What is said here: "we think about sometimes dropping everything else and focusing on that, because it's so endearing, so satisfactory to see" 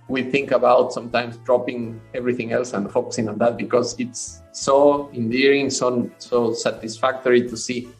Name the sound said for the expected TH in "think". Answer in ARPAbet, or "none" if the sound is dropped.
TH